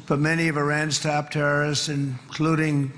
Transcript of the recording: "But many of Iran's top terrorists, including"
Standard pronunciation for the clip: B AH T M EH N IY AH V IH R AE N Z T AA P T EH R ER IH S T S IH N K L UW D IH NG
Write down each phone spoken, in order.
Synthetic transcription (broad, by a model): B AH T M EH N IY AH V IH R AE N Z T AA P T EH R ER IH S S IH N K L UW D IH NG